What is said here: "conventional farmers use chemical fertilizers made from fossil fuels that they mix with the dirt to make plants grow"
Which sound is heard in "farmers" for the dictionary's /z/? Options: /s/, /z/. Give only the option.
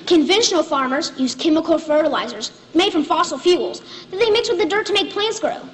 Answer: /z/